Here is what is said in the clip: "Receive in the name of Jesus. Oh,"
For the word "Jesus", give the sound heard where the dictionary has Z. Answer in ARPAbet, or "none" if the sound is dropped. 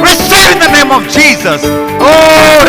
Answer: Z